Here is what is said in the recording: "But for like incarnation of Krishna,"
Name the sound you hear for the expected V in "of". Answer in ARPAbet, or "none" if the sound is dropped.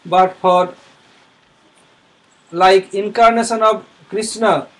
B